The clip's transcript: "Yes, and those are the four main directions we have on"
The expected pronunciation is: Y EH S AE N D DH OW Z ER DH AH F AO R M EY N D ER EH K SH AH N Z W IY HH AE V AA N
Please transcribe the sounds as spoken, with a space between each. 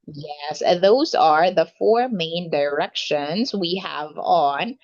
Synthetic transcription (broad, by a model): Y EH S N DH OW Z ER DH AH F AO R M EY N D ER EH K SH AH N Z W IY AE V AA N